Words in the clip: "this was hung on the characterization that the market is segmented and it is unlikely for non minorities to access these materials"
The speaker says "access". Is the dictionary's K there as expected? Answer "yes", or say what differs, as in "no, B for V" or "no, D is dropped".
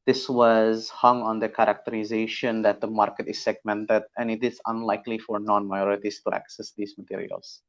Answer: yes